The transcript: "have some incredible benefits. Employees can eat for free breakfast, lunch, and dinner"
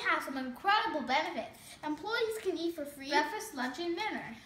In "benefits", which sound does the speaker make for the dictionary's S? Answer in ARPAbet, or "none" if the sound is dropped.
none